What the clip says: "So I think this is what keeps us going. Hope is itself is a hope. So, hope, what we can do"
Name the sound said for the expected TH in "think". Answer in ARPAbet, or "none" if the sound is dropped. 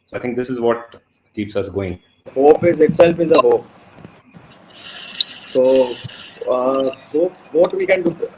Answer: T